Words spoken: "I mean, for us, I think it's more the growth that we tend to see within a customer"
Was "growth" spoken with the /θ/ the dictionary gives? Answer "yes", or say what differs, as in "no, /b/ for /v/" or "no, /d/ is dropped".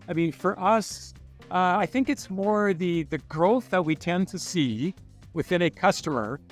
yes